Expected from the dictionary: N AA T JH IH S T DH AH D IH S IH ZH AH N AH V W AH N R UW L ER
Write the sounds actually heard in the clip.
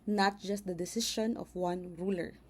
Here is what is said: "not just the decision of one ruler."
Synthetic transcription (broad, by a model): N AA T JH IH S T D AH D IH S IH SH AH N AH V W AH N R UW L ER